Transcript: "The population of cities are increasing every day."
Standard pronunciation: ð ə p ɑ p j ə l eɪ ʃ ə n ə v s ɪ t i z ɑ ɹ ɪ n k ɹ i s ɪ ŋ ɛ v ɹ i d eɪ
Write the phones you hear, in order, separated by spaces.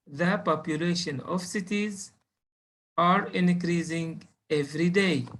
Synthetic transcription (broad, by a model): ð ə p ɑ p j ə l eɪ ʃ ə n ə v s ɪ t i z ɑ ɹ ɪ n k ɹ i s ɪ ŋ ɛ v ɹ i d eɪ